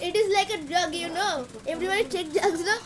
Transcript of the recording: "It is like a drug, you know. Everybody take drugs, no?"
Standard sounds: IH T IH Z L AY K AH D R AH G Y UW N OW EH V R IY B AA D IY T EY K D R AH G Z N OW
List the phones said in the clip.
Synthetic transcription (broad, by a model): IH T IH Z L AY K AH D R AH G Y UW N OW EH V R IY B AA D IY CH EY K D AH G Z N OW